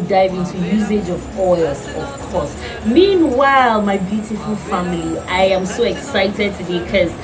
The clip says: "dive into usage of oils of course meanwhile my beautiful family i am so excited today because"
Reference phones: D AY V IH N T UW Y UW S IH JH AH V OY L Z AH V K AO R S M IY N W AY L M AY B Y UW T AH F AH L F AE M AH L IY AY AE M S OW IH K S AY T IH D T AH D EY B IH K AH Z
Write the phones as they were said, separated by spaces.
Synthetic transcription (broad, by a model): D AY V IH N T UW Y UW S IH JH AH V OY L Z AH V K AO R S M IY N W AY L M AY B Y UW T AH F AH L F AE M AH L IY AY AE M S OW IH K S AY T IH D T AH D EY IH K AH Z